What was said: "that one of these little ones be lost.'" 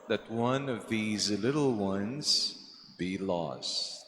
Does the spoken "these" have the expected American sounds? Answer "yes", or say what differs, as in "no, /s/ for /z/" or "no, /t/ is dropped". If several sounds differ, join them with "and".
yes